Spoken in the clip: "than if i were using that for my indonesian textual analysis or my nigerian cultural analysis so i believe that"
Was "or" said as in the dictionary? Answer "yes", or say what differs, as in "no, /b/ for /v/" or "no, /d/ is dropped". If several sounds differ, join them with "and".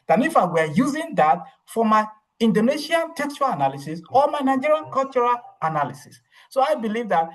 no, /l/ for /ɹ/